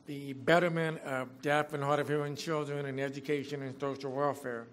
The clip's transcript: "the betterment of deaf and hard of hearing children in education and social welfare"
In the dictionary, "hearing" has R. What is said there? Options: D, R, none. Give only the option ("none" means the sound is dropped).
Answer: none